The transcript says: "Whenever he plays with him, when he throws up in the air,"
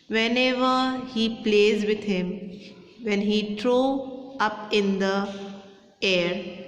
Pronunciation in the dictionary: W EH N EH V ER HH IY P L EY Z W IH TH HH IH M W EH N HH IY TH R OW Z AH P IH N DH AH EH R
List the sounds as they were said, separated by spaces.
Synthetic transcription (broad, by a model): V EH N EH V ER HH IY P L EY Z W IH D HH IH M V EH N HH IY T R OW AH P IH N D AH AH R